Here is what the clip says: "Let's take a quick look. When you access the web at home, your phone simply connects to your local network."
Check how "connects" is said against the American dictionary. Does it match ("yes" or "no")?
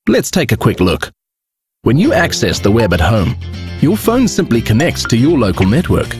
no